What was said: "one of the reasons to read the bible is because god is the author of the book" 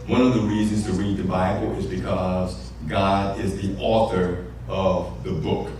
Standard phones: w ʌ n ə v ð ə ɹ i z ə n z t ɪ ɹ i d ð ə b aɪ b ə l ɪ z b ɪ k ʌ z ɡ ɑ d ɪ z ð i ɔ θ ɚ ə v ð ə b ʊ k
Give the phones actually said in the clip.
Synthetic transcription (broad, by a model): w ʌ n ə v ð ə ɹ i z ə n z t ɪ ɹ i d ð ə b aɪ b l ɪ z b ɪ k ʌ z ɡ ɑ d ɪ z ð i ɔ θ ɚ ə v ð ə b ʊ k